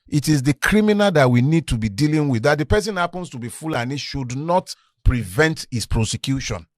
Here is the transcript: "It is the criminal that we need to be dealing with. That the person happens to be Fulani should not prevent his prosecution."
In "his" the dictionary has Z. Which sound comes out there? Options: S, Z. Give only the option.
S